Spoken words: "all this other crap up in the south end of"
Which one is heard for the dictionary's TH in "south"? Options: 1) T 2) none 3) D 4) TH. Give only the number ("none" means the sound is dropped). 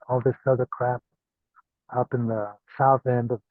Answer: 4